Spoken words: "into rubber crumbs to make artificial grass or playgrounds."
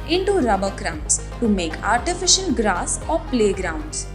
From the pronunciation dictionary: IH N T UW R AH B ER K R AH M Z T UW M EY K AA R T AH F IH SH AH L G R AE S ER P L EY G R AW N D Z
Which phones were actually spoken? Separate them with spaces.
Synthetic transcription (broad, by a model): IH N T UW R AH B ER K R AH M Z T UW M EY K AA R T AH F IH SH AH N G R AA S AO P L EY G R AW N D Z